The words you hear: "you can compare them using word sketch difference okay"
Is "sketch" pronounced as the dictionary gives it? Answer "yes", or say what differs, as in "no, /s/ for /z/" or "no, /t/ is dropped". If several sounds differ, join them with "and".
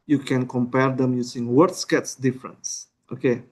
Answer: no, /s/ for /tʃ/